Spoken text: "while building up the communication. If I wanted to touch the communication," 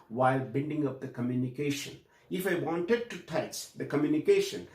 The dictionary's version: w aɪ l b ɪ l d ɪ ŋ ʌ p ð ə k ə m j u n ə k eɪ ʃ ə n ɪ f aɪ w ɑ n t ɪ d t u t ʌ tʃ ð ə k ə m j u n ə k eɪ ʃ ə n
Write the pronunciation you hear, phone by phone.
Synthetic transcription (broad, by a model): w aɪ l b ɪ n d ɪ ŋ ʌ p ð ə k ə m j u n ə k eɪ ʃ ə n ɪ f aɪ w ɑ n t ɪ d t u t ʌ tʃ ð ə k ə m j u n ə k eɪ ʃ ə n